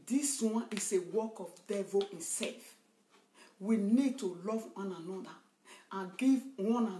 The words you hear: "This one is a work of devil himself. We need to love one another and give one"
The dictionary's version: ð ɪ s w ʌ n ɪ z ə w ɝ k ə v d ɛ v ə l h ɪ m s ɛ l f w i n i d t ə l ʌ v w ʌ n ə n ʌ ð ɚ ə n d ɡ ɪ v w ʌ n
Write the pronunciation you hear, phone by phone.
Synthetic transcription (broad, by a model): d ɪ s w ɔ n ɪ s ə w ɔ k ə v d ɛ v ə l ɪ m s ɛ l f w i n i d t ə l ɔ v w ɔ n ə n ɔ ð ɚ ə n ɡ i v w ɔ n